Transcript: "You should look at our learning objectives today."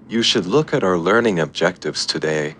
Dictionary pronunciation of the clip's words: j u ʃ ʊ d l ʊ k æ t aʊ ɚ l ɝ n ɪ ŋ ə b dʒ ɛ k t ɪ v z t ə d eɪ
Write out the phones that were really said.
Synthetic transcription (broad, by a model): j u ʃ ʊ d l ʊ k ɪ t aʊ ɚ l ɝ n ɪ ŋ ə b dʒ ɛ k t ɪ v z t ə d eɪ